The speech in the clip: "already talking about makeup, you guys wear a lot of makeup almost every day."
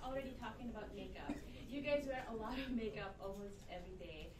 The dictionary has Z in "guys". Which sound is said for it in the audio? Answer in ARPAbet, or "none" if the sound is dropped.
Z